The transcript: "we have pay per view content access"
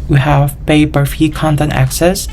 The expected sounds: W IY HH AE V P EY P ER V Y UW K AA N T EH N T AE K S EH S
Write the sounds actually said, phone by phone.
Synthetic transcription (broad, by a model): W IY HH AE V P EY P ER F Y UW K AA N T EH N T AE K S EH S